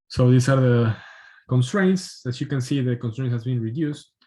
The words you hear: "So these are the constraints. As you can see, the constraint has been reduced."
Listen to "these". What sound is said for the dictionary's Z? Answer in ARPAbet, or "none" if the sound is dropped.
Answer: S